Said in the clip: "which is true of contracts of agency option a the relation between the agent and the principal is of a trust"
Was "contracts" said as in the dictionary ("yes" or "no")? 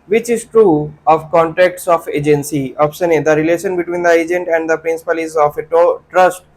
no